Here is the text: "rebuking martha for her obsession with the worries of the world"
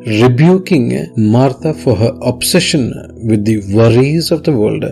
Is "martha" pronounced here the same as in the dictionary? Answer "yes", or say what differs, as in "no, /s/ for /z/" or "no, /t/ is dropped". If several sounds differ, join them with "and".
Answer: no, /t/ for /θ/